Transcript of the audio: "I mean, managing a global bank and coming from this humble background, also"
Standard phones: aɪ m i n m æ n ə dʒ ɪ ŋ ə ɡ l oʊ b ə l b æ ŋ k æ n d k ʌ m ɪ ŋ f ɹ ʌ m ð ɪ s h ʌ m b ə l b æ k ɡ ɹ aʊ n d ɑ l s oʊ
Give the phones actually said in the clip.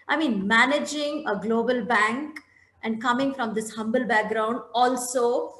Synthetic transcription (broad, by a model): aɪ m i n m æ n ə dʒ ɪ ŋ ə ɡ l oʊ b ə l b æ ŋ k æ n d k ʌ m ɪ ŋ f ɹ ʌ m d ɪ s h ʌ m b ə l b æ k ɡ ɹ aʊ n d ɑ l s oʊ